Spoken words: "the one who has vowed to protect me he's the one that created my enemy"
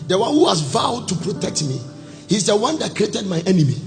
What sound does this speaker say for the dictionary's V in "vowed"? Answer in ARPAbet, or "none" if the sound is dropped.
V